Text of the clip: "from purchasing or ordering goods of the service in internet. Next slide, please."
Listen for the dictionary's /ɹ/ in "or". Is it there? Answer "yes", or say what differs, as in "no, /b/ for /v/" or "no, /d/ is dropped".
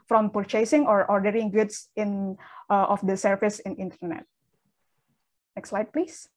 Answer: yes